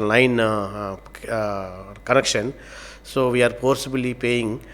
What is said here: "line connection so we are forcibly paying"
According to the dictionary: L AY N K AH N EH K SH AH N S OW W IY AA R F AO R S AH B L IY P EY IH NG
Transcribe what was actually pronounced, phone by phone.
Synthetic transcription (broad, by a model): L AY N K AH N EH K SH AH N S OW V IY AA R P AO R S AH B L IY P EY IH NG